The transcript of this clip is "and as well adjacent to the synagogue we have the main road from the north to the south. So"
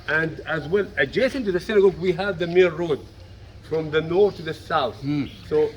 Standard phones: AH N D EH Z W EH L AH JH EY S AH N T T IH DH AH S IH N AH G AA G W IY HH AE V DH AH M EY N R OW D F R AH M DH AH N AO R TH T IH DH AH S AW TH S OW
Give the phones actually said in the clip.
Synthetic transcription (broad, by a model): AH N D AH Z W EH L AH JH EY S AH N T T IH DH AH S IH N AH G AA G W IY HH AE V DH AH M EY L R OW D F R AH M DH AH N AO R TH T IH DH AH S AW TH S OW